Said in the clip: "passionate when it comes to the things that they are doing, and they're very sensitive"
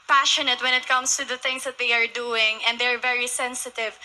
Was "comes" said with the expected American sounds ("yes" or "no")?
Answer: no